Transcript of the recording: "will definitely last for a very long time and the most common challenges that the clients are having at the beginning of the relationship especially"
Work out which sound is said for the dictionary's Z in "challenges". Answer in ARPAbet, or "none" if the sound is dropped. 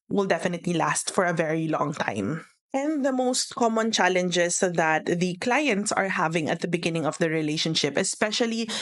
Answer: S